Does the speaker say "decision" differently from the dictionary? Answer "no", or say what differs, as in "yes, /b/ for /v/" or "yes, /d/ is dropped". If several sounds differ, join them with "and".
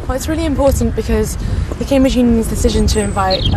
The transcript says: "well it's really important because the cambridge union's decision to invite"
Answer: no